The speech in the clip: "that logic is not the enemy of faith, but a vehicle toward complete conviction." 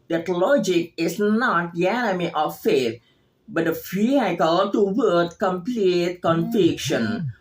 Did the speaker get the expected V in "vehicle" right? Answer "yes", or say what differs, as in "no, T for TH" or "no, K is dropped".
no, F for V